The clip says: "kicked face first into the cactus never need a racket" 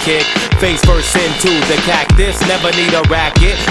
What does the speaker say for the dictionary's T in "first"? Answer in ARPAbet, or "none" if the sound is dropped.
none